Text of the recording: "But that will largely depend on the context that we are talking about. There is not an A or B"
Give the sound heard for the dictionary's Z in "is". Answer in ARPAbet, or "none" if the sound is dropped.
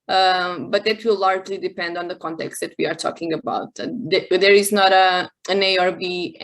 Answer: Z